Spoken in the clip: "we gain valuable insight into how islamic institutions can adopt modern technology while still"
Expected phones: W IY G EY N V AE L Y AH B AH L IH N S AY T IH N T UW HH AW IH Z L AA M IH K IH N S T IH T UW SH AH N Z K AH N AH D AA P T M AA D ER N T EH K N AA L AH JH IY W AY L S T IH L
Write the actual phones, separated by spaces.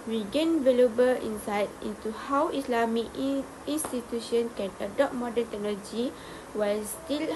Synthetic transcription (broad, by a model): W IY G EY N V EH L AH B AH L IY N S AY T IH N T UW HH AW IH S L AA M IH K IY N S T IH T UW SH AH N K AH N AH D AA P M AA D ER N T EH K N AA L AH JH IY W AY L S T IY L